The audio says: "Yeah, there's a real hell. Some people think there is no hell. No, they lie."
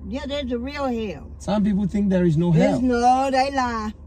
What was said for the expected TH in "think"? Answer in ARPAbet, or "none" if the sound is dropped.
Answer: TH